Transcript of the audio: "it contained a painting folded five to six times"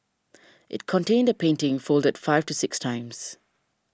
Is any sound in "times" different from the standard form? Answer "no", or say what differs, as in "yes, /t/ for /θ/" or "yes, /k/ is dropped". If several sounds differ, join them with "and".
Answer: no